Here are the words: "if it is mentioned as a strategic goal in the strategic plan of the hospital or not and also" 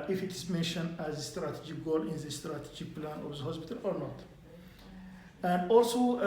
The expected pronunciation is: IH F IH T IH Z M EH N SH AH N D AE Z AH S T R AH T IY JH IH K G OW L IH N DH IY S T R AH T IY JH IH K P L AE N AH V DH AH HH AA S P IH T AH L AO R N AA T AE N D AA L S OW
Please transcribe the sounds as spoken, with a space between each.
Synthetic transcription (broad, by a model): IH F IH T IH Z M EH N SH AH N D AE Z AH S T R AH T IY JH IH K G OW L IH N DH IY S T R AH T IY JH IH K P L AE N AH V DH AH HH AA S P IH T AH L AO R N AA T AE N D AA L S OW